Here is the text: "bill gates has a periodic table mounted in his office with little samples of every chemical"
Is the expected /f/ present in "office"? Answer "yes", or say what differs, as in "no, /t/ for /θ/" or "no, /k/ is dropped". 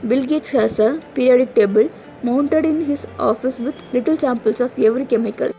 yes